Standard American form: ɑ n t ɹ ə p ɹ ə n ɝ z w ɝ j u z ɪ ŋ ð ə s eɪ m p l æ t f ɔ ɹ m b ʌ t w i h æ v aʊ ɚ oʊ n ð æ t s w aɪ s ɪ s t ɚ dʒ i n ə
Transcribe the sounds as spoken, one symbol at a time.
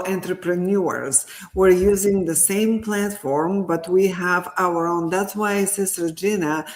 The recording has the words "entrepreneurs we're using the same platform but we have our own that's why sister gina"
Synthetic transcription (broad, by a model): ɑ n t ɹ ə p ɹ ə n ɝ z w ɝ j u z ɪ ŋ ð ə s eɪ m p l æ t f ɔ ɹ m b ʌ t w i h æ v aʊ ɚ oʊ n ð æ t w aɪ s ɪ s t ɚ dʒ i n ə